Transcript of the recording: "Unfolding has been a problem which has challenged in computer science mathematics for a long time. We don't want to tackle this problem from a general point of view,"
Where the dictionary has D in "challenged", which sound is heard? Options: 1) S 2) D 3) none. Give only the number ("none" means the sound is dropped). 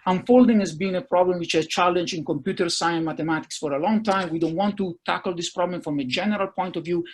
3